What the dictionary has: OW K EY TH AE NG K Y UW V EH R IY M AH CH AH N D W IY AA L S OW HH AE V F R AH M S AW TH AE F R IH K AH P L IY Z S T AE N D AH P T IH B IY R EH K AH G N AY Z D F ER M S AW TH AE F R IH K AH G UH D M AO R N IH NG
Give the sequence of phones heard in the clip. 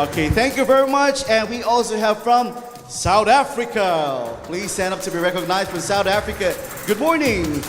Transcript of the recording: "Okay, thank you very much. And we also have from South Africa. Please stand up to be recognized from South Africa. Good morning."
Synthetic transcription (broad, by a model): OW K EY TH AE NG K Y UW V EH R IY M AH CH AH N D W IY AA L S OW HH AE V F R AH M S AW TH AE F R IH K AH P L IY Z S T AE N D AH P T IH B IY R EH K AH G N AY Z D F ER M S AW TH AE F R IH K AH G UH D M AO R N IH NG